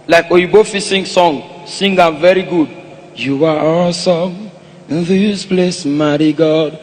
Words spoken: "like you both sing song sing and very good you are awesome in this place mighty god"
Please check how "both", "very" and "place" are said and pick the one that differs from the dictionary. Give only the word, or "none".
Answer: both